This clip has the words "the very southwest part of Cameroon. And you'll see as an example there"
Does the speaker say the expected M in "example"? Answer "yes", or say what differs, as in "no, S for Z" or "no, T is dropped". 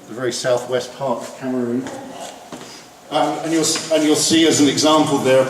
yes